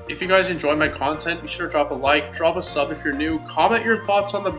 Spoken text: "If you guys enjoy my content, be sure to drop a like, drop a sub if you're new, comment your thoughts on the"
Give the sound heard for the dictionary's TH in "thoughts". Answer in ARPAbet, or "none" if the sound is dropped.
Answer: TH